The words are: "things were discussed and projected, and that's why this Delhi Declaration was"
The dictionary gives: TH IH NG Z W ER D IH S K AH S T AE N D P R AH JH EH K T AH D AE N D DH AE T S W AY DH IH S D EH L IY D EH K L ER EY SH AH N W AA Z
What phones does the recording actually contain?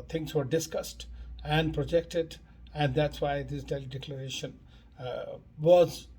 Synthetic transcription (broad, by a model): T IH NG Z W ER D IH S K AH S T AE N D P R AH JH EH K T AH D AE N D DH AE T S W AY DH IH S D EH L IY D EH K L ER EY SH AH N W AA Z